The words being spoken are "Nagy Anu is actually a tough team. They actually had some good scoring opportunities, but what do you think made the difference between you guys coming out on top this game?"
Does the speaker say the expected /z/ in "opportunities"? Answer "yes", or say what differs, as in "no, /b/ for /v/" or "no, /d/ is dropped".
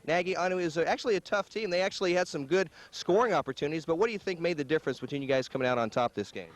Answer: yes